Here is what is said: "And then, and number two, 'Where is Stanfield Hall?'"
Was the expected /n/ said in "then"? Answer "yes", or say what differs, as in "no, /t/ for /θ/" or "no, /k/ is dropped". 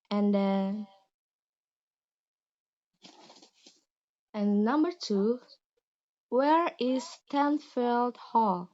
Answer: no, /n/ is dropped